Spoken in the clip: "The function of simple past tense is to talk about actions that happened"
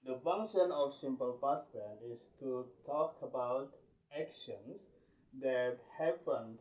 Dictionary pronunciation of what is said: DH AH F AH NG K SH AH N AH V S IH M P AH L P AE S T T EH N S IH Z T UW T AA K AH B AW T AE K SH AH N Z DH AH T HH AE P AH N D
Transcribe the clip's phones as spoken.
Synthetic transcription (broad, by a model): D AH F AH NG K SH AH N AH F S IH M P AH L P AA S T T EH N IH S T UW T AA K AH B AW T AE K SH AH N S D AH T HH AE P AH N